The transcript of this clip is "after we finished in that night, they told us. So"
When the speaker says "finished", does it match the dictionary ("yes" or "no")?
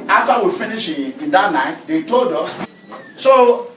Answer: no